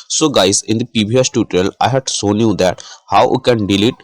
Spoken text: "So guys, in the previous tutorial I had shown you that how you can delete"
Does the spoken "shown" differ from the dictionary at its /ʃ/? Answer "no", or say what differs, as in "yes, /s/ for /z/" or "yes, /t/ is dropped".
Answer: yes, /s/ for /ʃ/